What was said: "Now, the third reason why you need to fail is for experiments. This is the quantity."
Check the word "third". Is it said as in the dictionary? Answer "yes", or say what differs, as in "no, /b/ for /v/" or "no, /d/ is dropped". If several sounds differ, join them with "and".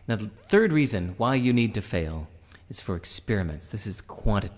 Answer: yes